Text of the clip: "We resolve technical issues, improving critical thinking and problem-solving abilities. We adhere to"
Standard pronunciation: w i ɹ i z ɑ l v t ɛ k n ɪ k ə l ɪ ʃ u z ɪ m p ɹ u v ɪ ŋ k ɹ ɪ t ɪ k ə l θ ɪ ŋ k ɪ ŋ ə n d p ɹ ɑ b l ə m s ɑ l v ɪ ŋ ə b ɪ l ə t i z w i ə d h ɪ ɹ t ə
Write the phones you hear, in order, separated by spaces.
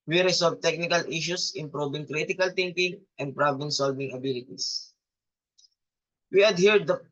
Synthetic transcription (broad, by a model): w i ɹ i s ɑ l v t ɛ k n ɪ k ə l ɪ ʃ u s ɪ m p ɹ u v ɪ ŋ k ɹ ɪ t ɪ k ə l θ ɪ ŋ k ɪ ŋ ə n d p ɹ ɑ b ə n s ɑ l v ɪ ŋ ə b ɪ l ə t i s w i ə d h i ɹ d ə